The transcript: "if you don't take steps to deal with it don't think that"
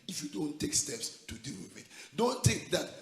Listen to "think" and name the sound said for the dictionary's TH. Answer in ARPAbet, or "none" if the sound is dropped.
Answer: T